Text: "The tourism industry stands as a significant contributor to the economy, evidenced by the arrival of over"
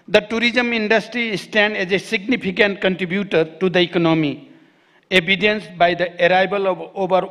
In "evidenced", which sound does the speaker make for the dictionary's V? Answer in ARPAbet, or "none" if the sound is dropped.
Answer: B